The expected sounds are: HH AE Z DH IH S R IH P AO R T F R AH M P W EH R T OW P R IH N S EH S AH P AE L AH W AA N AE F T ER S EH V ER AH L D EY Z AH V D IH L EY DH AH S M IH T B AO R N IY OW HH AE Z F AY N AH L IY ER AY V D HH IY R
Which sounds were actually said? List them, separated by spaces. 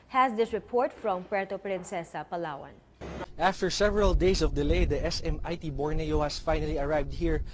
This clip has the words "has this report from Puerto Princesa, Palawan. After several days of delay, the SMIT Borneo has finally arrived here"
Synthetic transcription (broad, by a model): HH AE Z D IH S R IH P AO R T F R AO M P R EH T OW P R IH N S EH S AH P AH L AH W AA N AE F T ER S EH V ER AH L D EY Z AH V D IH L EY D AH S M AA T B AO R N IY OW HH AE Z F AY N AH L IY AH AY V D HH IY R